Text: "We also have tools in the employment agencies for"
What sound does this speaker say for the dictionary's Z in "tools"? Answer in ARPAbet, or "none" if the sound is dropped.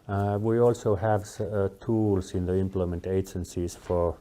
S